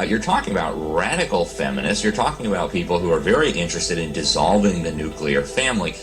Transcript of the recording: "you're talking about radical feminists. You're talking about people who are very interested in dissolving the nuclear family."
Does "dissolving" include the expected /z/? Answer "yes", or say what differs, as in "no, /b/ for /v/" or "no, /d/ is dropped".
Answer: yes